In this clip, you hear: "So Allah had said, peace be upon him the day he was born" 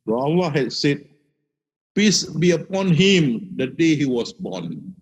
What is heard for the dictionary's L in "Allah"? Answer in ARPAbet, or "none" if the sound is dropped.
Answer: W